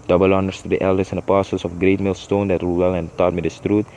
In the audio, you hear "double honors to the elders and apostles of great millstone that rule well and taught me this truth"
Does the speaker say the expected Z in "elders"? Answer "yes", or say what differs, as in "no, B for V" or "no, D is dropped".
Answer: no, S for Z